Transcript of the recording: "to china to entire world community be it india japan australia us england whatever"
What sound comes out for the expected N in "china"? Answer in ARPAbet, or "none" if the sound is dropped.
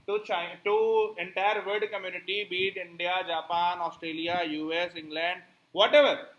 none